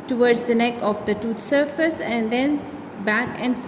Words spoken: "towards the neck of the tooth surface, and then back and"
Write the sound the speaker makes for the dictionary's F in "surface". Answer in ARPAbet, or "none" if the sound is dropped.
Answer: F